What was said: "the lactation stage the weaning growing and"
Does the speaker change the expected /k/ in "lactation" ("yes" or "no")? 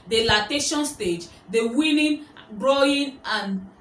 yes